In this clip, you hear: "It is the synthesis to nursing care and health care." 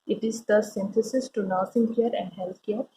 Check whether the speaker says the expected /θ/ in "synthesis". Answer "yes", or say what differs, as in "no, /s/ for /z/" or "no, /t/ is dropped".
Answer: no, /t/ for /θ/